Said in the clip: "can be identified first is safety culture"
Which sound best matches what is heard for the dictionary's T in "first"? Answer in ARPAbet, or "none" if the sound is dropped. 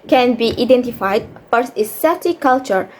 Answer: none